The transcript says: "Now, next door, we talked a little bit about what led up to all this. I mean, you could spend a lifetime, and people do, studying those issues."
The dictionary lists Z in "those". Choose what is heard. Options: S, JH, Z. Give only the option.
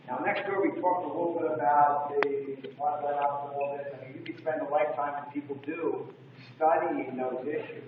Z